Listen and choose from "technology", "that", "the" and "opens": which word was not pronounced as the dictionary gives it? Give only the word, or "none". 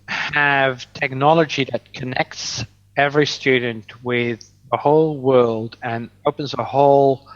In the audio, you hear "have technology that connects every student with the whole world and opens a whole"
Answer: none